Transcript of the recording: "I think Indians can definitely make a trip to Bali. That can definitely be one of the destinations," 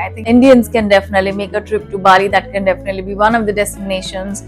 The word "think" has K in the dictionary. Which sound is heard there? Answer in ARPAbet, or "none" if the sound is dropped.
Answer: none